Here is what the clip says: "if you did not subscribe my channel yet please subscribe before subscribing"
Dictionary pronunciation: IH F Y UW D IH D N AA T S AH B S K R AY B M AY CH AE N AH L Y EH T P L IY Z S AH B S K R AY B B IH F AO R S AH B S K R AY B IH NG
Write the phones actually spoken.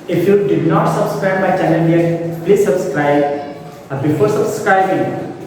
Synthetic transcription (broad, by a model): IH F Y UW D IH D N AA T S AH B S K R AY M AY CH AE L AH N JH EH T P L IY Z S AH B S K R AY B B IH F AO R S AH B S K R AY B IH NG